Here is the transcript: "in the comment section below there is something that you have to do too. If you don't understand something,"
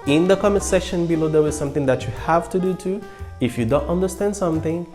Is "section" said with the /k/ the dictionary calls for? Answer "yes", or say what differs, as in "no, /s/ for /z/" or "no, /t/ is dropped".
no, /k/ is dropped